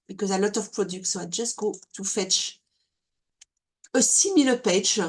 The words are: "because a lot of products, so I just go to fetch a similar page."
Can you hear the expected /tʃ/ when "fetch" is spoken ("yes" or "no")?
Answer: yes